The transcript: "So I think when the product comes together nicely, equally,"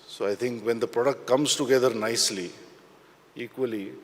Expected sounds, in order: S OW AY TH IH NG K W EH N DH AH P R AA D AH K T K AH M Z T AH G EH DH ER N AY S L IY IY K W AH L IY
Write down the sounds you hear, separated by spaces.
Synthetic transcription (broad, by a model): S OW AY T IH NG K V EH N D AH P R AA D AH K T K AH M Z T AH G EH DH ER N AY S L IY IY K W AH L IY